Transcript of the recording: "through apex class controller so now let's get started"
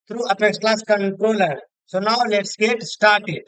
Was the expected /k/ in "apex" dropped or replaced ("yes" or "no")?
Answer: yes